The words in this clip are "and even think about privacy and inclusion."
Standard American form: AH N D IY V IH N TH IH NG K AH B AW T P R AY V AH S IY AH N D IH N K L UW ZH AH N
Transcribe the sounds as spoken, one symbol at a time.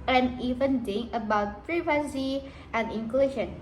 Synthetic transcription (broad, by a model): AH N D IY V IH N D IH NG AH B AW T P R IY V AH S IY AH N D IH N K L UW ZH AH N